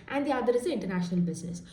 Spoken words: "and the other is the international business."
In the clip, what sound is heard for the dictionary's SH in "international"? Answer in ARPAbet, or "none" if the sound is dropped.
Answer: SH